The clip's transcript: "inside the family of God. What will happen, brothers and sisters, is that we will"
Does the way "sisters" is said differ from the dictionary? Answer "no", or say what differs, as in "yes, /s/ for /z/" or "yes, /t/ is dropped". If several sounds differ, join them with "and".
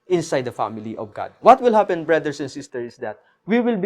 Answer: yes, /z/ is dropped